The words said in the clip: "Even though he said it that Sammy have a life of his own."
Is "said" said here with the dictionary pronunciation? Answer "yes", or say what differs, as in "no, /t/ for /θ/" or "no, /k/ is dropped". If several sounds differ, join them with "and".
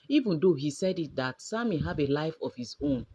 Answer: yes